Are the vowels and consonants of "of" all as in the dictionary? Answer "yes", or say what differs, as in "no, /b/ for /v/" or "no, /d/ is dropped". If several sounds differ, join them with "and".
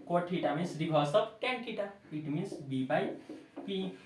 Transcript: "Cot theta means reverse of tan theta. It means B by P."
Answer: no, /p/ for /v/